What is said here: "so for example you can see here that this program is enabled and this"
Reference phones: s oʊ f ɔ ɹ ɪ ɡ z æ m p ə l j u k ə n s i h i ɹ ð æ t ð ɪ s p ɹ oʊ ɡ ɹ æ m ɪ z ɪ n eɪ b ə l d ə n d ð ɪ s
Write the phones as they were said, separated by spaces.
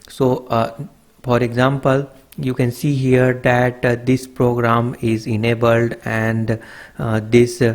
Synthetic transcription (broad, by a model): s oʊ f ɔ ɹ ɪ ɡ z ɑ m p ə l j u k ə n s i h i ɹ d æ t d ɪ s p ɹ oʊ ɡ ɹ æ m ɪ z ɪ n eɪ b ə l d ə n d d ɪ s